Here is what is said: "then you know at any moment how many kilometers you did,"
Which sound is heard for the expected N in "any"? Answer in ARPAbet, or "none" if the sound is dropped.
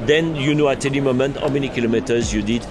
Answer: L